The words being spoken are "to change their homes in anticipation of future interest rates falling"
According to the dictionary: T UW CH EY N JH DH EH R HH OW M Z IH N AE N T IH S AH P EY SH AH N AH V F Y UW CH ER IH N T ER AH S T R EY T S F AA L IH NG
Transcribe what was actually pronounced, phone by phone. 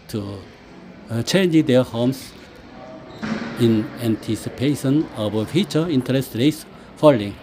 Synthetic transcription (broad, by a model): T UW CH EY N JH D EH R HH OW M S IH N AE N T IH S AH P EY SH AH N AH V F Y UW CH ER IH N T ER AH S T R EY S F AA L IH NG